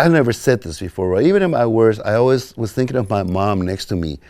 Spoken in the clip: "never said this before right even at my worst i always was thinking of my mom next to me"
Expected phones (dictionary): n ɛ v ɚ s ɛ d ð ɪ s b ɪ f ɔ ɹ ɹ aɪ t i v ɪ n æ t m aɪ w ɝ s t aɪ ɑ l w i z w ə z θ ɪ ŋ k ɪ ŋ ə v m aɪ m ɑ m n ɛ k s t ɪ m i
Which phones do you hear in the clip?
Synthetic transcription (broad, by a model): n ɛ v ɚ s ɛ d ð ɪ s b ɪ f ɔ ɹ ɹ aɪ i v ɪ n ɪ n m aɪ w ɝ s aɪ ɑ l w i z w ə z θ ɪ ŋ k ɪ ŋ ə v m aɪ m ɑ m n ɛ k s t ɪ m i